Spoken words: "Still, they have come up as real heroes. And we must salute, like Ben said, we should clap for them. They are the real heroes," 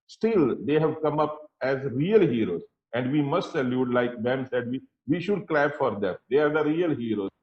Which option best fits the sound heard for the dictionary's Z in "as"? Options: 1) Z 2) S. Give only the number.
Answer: 1